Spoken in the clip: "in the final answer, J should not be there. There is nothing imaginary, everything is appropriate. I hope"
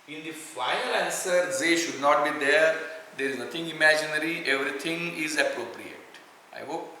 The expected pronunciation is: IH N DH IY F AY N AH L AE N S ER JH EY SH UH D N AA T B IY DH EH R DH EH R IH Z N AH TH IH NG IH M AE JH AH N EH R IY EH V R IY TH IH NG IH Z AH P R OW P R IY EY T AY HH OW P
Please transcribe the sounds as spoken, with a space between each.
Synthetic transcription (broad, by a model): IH N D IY F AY AH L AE N S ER Z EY SH UH D N AA T B IY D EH R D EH R IH Z N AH T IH NG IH M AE JH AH N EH R IY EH V R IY T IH NG IH Z AH P R OW P R IY EY T AY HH OW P